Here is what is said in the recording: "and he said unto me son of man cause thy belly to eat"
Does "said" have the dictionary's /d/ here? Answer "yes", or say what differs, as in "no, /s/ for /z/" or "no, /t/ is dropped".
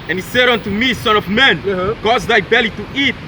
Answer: yes